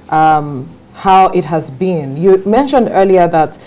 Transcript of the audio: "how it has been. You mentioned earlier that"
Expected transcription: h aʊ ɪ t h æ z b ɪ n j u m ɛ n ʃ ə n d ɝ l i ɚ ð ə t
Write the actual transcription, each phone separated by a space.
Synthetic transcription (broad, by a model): h aʊ ɪ t h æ z b ɪ n j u m ɛ n ʃ ə n d ɝ l i ɚ ð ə t